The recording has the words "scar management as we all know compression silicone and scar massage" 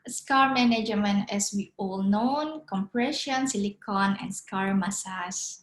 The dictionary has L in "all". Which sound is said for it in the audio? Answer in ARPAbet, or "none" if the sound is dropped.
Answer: L